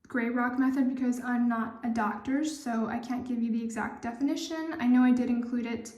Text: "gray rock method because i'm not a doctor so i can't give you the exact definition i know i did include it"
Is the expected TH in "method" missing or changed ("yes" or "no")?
no